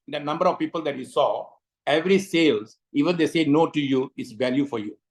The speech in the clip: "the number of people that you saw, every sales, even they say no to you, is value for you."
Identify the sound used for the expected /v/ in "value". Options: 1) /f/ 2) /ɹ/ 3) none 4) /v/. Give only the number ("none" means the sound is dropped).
4